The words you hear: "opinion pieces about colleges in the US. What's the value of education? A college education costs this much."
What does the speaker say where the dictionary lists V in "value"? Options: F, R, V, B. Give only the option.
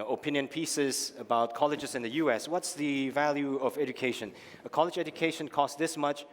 V